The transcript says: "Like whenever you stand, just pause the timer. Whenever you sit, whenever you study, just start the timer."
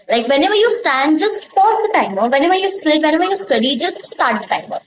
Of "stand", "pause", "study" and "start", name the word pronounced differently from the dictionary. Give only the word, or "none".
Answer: pause